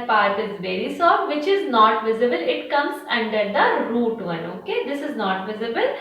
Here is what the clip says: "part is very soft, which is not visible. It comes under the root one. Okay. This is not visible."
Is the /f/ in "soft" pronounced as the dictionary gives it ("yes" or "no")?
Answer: no